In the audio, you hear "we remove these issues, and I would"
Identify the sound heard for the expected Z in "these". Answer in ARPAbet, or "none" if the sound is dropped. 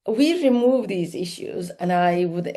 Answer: Z